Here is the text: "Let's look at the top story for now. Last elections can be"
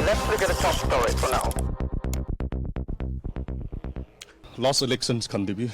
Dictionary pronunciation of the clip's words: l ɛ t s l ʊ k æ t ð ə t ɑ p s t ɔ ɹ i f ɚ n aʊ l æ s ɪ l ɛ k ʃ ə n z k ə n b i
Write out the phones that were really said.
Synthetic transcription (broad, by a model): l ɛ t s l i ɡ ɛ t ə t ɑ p s t ɔ ɹ i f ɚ n aʊ l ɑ s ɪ l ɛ k s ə n s k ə n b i